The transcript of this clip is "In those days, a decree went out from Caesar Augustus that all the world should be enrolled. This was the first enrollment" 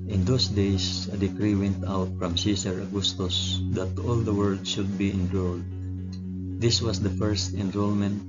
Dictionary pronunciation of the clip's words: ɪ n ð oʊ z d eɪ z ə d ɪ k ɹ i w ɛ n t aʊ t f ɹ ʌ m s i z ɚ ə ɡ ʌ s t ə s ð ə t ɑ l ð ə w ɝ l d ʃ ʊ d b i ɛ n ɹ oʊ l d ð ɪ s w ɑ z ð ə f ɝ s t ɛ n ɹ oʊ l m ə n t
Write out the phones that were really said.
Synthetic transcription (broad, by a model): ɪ n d oʊ s d eɪ s ə d ɪ k ɹ i w ɛ n t aʊ t f ɹ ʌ m s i s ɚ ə ɡ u s t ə s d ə t ɑ l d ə w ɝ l d ʃ ʊ d b i ɛ n ɹ oʊ l d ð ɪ s w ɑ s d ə f ɝ s t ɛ n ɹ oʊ l m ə n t